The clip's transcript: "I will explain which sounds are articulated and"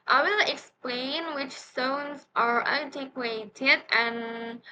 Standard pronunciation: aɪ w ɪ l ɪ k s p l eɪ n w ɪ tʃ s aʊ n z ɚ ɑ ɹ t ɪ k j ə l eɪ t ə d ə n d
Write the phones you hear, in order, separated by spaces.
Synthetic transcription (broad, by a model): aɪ w ɪ l ɪ k s p l eɪ n w ɪ tʃ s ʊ n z ɚ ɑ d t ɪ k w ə ɪ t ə d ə n